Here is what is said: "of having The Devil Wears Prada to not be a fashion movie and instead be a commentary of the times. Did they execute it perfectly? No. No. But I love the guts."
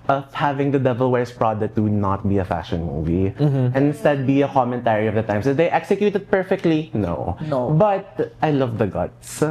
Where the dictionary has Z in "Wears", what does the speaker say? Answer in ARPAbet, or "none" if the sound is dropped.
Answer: S